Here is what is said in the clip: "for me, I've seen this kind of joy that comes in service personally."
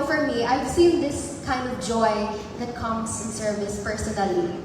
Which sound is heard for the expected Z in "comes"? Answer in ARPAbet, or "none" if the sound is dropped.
S